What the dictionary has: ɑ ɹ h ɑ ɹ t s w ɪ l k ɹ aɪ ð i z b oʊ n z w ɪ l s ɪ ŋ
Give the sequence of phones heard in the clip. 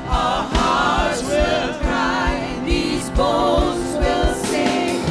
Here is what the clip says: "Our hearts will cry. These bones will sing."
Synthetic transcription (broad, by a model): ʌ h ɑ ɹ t w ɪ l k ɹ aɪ ð i z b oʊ z w ɪ l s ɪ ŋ